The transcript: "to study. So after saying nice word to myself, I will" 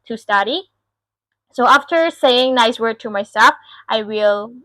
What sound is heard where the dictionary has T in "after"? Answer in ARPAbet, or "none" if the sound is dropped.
T